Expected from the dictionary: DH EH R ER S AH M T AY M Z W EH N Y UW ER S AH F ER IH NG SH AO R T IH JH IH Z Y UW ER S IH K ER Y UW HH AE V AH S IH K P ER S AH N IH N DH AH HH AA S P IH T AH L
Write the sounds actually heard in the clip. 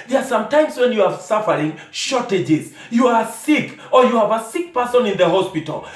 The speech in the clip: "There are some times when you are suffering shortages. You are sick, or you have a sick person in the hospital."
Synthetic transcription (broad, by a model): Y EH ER S AH M T AY M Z W EH N Y UW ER S AH F ER IH NG SH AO R T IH JH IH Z Y UW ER S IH K ER Y UW HH AE V AH S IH K P ER S AH N IH N DH AH HH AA S P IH T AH L